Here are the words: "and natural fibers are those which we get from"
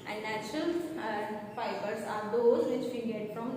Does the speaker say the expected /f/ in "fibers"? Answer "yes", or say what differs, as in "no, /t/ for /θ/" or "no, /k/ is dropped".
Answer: no, /p/ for /f/